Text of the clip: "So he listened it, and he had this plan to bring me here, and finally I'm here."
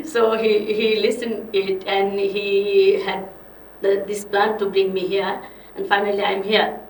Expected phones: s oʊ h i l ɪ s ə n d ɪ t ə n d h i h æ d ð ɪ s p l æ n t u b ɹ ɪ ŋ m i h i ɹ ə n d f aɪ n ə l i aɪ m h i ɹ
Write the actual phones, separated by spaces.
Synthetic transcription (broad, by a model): s oʊ h i l ɪ s ə n d ɪ t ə n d h i h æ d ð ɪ s p l æ n t u b ɹ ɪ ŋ m i h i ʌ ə n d f aɪ n ə l i aɪ m h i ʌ